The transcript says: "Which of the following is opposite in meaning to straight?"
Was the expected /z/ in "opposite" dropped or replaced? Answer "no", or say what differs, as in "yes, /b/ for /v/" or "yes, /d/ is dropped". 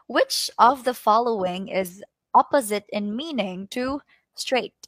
no